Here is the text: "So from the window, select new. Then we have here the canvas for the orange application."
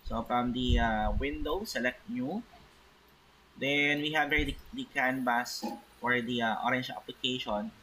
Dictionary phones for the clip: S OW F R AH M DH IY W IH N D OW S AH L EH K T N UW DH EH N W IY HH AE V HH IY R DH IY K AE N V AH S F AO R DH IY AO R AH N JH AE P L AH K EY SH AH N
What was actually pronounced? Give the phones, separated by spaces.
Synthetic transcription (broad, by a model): S OW F R AH M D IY W IH N D OW S AH L EH K T N UW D EH N W IY HH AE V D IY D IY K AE N B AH S F AO R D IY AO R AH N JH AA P L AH K EY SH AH N